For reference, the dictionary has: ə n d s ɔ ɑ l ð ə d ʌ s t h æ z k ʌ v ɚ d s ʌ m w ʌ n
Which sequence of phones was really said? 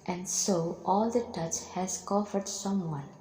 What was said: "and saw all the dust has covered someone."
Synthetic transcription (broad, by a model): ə n d s ɔ ɑ l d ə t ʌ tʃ h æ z k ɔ f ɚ d s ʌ m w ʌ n